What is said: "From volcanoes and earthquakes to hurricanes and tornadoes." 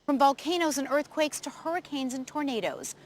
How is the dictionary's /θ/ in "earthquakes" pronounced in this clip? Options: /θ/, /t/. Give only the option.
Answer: /θ/